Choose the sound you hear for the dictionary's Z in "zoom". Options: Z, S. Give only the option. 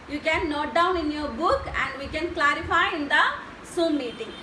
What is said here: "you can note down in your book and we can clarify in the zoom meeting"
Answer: S